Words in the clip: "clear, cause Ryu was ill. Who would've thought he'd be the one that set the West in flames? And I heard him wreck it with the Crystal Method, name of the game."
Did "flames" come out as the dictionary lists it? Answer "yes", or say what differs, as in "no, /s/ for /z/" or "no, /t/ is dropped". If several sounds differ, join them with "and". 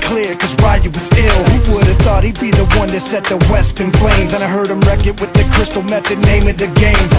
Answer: no, /p/ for /f/